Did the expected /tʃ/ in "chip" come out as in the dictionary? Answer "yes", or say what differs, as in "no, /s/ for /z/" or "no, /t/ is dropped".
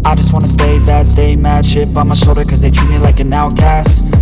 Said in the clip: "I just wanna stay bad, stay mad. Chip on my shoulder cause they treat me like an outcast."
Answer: no, /ʃ/ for /tʃ/